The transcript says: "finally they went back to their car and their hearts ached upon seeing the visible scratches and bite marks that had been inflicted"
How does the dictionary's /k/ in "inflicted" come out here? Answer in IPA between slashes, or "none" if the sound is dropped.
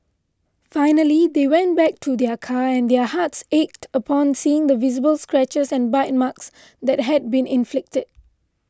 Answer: /k/